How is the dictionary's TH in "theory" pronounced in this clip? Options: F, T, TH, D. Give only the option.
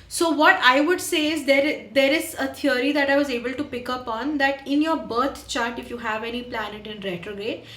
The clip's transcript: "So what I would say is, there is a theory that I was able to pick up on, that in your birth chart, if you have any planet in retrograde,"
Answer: T